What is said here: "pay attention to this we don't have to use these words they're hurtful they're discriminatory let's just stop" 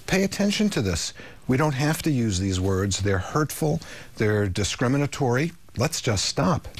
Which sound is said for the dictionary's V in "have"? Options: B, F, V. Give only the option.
F